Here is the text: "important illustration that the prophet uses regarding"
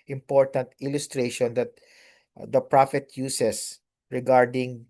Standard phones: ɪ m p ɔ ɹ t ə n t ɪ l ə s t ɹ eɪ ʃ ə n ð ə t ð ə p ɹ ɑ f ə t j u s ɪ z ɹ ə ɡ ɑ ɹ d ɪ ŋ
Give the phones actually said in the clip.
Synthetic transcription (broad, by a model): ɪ m p ɔ ɹ t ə n t ɪ l ə s t ɹ eɪ ʃ ə n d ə t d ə p ɹ ɑ f ə t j u s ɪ s ɹ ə ɡ ɑ ɹ d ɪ ŋ